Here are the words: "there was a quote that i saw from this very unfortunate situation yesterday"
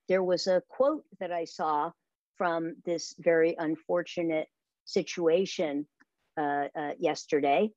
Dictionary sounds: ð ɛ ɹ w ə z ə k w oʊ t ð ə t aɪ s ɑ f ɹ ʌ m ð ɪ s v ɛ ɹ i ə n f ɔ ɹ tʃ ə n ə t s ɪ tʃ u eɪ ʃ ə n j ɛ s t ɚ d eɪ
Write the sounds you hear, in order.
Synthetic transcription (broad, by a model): ð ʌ ɹ w ə z ə k w oʊ t ð ə t aɪ s ɑ f ɹ ʌ m ð ɪ s v ɛ ɹ i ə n f ɔ ɹ tʃ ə n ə t s ɪ tʃ u eɪ ʃ ə n j ɛ s t ɚ d eɪ